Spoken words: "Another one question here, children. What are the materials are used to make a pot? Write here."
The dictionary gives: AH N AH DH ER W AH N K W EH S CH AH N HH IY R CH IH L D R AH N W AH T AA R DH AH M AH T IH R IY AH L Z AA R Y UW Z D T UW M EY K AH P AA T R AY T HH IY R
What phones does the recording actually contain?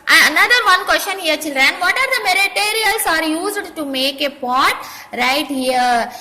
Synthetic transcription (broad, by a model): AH N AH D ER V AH N K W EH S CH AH N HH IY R CH IH L D R AH N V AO T AA R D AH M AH T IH R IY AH L S AA R Y UW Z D T UW M EY K AH P AA T R AY T HH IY R